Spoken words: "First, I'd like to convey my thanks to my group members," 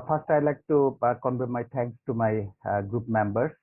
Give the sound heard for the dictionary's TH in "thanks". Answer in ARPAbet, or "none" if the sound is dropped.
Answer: T